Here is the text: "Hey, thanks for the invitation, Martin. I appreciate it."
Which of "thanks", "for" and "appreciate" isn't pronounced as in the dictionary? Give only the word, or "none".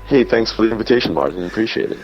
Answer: none